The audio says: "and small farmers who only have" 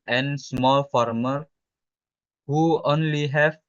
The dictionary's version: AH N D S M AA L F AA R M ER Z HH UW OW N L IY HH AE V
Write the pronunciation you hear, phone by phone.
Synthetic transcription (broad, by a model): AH N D S M AA L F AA R M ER HH UW OW N L IY HH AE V